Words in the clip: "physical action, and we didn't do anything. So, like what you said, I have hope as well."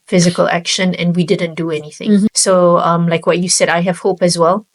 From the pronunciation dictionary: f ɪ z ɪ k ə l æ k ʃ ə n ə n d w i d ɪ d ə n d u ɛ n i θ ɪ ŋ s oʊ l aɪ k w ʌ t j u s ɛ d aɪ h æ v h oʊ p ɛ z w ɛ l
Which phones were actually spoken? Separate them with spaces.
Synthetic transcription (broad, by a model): f ɪ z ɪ k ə l æ k ʃ ə n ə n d w i d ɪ d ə n d u ɛ n i θ ɪ ŋ s oʊ l aɪ k w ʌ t j u s ɛ d aɪ h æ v h oʊ p ɛ z w ɛ l